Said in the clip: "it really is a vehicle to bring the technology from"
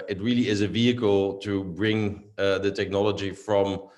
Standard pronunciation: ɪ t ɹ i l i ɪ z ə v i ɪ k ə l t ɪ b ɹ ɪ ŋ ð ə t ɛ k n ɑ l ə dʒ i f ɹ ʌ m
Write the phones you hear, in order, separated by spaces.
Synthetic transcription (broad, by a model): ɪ t ɹ i l i ɪ z ə v i ɪ k ə l t ɪ b ɹ ɪ ŋ ð ə t ɛ k n ɑ l ə dʒ i f ɹ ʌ m